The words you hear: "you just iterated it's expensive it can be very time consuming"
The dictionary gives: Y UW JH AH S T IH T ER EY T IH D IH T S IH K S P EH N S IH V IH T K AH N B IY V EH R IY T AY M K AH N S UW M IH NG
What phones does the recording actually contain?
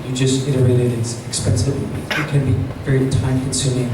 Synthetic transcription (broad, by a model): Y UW JH AH S T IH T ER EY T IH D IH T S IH K S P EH N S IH IH T K AH N B IY V EH R IY T AY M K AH N S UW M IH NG